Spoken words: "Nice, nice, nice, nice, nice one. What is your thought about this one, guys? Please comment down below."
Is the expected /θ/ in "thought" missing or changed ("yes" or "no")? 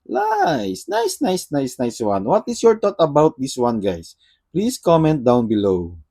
yes